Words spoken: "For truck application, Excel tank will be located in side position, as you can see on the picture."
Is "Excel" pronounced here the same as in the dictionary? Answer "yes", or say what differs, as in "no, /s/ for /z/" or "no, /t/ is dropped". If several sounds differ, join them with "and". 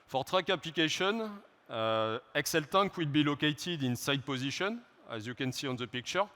yes